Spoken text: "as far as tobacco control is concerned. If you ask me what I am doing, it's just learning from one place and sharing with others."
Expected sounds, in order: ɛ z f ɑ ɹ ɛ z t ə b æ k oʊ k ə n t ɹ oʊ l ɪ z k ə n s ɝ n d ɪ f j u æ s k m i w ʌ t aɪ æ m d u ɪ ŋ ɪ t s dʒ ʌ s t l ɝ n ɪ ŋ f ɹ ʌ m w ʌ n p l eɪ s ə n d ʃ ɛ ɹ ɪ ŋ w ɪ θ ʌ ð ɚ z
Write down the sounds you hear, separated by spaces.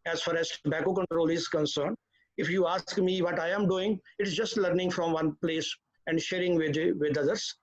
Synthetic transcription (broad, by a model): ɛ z f ɑ ɹ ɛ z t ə b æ k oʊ k ə n t ɹ oʊ l ɪ z k ə n s ɝ n d ɪ f j u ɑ s k m i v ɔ t aɪ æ m d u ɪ ŋ ɪ t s dʒ ʌ s t l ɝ n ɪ ŋ f ɹ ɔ m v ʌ n p l eɪ s ə n d ʃ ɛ ɹ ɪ ŋ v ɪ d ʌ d ɚ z